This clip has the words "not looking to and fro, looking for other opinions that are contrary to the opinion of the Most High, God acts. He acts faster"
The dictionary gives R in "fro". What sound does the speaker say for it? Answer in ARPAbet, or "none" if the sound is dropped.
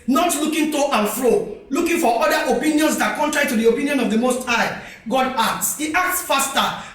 R